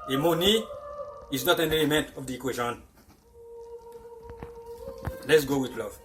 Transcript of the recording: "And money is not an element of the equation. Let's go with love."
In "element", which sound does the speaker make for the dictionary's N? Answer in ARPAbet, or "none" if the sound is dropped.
N